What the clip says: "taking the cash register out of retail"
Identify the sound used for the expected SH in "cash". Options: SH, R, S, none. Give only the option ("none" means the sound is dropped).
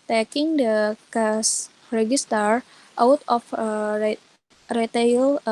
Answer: S